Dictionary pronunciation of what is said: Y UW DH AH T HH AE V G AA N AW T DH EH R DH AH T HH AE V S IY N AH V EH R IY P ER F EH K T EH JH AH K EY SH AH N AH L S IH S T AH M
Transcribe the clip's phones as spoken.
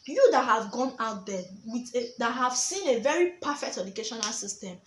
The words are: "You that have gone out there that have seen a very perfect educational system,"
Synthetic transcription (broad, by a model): Y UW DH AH T HH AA V G AA N AW T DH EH W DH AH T HH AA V S IY N AH V EH R IY P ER F EH K T EH JH AH K EY SH AH N AH L S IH S T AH M